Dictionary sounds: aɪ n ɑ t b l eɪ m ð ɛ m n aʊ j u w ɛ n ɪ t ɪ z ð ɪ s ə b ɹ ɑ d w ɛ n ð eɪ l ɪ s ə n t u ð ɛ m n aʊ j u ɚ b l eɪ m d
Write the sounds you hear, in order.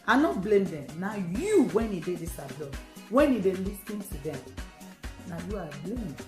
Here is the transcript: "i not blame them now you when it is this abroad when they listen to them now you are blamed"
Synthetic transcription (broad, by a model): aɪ n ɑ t b l eɪ m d ɛ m n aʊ j u w ɛ n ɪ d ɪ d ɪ s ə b l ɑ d w ɛ n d eɪ l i s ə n t u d ɛ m n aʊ j u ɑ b l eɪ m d